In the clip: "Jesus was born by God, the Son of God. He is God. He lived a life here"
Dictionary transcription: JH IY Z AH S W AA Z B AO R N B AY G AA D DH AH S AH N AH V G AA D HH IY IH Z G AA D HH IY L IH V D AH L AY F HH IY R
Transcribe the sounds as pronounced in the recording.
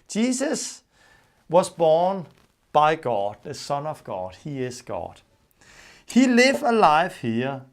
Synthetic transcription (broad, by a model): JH IY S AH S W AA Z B AO N B AY G AA D DH AH S AH N AH V G AA D HH IY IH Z G AA D HH IY L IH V AH L AY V HH IY